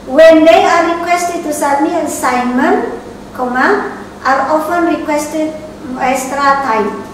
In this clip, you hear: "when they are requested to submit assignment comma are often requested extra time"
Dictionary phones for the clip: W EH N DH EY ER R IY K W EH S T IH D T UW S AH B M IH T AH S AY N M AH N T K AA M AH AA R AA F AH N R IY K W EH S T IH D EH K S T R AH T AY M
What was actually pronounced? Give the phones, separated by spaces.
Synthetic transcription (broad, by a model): W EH N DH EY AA R IY K W EH S T IH D T UW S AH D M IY AH S AY N M AH N T K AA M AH AA R AA F AH N R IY K W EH S T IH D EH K S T R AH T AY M